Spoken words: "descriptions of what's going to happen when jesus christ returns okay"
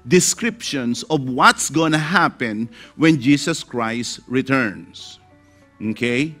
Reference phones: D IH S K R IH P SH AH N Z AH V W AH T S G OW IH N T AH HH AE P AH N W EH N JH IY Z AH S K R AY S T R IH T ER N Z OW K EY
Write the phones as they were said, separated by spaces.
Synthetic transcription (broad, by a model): D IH S K R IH P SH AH N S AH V W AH T S G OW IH N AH HH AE P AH N W EH N JH IY S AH S K R AY S T R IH T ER N S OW K EY